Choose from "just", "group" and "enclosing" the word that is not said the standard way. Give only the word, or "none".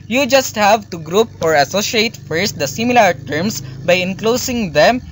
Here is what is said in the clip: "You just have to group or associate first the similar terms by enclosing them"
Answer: enclosing